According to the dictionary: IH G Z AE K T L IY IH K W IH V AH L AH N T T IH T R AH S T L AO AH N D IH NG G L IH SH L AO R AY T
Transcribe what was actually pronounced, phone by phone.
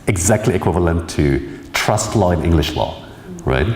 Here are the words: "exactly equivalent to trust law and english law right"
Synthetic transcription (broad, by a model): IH G Z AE K T L IY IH K W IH V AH L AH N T T IH T R AH S T L AO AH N IH NG G L IH SH L AO R AY T